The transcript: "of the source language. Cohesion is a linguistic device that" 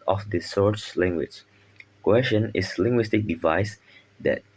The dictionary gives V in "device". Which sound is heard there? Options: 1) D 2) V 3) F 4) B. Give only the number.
2